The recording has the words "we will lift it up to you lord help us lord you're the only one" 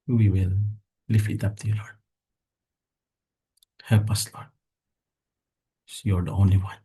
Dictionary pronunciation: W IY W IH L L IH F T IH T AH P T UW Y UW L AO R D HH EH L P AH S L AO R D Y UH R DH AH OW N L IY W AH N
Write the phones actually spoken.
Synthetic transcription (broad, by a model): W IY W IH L L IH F IH T AH P T UW Y UW L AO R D HH EH L P AH S L AO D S Y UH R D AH OW N L IY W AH N